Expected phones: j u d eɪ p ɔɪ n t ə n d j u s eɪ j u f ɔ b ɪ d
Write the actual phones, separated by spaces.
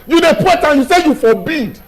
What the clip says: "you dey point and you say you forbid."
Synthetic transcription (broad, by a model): j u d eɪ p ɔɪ t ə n j u s eɪ j u f ɔ b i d